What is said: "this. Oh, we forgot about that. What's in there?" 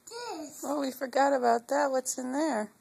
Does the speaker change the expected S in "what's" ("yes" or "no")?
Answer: no